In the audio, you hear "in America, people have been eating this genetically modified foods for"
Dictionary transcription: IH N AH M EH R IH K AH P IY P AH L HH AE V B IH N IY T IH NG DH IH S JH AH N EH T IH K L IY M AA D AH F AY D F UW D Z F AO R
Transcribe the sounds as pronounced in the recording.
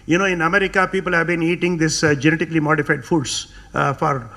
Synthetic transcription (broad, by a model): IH N AH M EH R IH K AH P IY P AH L HH AE V B IH N IY T IH NG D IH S JH AH N EH T IH K L IY M AA D AH F AY D F UW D S F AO R